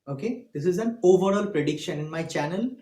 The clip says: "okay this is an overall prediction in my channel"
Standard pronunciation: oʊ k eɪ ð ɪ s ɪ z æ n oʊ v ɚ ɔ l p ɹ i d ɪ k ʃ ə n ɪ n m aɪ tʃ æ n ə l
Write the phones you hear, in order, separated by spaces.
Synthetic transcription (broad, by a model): oʊ k eɪ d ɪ s ɪ z æ n oʊ v ɚ ɔ l p ɹ i d ɪ k ʃ ə n ɪ n m aɪ tʃ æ n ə l